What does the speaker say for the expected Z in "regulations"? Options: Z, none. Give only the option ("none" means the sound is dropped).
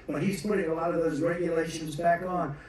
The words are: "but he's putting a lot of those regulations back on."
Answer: Z